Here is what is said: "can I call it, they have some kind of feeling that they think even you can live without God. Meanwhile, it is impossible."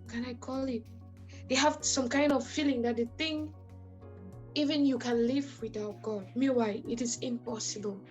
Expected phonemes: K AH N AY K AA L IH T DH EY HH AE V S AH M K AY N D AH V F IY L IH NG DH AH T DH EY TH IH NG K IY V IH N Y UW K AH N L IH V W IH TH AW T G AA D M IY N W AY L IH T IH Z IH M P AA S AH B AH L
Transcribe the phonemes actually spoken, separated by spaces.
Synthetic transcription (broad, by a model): K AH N AY K AA L IH T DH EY HH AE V S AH M K AY N D AH V F IY L IH NG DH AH T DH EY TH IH NG IY V IH N Y UW K AH N L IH V W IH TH AW T G AA D M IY W AY IH T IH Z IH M P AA S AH B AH L